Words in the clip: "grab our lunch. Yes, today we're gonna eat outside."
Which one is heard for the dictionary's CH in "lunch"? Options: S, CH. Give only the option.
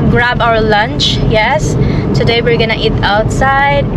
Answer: CH